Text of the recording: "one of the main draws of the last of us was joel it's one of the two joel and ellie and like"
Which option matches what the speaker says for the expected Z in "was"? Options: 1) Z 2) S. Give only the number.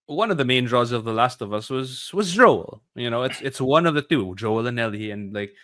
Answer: 1